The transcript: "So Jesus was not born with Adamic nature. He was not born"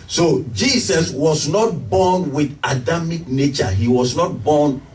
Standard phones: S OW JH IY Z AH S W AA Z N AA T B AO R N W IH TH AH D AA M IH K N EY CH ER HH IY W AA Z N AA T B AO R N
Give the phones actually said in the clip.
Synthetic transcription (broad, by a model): S OW JH IY S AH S W AA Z N AA T B AO N W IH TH AH D AA M IH K N EY CH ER HH IY W AA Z N AA T B AO N